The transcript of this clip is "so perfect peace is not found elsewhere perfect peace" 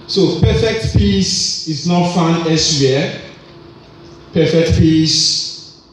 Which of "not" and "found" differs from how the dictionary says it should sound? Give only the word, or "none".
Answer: found